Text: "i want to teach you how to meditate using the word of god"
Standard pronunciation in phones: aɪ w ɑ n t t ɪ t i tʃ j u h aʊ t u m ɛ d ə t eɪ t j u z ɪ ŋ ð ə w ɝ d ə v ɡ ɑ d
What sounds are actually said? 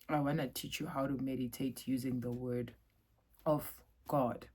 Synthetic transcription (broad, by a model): aɪ w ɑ n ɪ t i tʃ j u h aʊ t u m ɛ d ə t eɪ t j u z ɪ ŋ ð ə w ɝ d ə v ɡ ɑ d